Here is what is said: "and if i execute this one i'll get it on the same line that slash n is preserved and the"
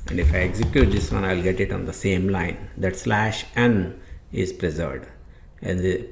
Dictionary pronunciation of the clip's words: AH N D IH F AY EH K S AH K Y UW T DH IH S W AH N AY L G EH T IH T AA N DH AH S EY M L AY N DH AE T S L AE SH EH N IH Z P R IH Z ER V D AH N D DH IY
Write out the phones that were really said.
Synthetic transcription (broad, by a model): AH N D IH F AY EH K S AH K Y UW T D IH S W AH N AY L G EH T IH T AA N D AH S EY M L AY N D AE T S L AE SH EH N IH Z P R IH Z ER V D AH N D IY